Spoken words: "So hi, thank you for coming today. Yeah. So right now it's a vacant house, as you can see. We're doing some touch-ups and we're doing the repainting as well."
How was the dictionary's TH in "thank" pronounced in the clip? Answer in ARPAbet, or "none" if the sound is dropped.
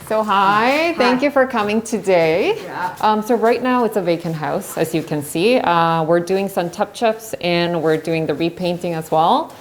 TH